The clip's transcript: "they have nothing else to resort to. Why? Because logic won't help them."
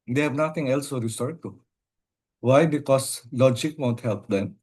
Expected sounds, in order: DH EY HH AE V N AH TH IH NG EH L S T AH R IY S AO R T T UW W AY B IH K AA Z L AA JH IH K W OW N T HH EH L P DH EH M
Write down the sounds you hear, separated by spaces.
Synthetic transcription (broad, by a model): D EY HH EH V N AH T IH NG EH L S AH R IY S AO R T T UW W AY B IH K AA S L AA JH IH K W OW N T HH EH L P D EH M